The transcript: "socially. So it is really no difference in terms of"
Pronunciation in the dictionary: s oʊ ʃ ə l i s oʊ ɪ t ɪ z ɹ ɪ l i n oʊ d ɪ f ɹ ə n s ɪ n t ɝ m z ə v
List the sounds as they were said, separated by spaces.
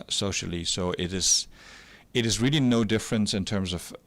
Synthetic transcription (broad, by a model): s oʊ ʃ l i s oʊ ɪ t ɪ z ɹ ɪ l i n oʊ d ɪ f ɹ ə n s ɪ n t ɝ m z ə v